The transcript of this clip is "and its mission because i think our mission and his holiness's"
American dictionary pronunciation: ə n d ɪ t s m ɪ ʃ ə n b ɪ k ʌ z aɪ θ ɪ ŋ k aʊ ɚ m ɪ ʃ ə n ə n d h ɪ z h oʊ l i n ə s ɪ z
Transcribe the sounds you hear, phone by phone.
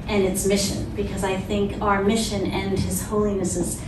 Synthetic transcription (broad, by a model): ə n ɪ t s m ɪ ʃ ə n b ɪ k ʌ z aɪ θ ɪ ŋ k aʊ ɚ m ɪ ʃ ə n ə n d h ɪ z h oʊ l i n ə s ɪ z